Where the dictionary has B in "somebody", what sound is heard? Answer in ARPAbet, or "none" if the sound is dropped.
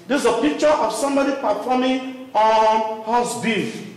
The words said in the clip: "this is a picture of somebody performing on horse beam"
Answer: B